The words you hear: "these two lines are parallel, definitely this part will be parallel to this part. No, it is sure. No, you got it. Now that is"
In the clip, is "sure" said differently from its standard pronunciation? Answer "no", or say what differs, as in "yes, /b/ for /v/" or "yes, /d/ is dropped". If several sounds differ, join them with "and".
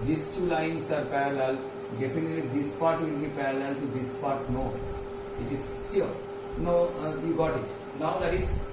yes, /s/ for /ʃ/